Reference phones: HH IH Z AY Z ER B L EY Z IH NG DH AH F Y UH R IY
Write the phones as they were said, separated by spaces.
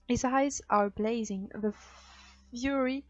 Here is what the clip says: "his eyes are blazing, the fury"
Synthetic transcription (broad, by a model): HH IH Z AY Z ER B L EY Z IH NG DH AH F Y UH R IY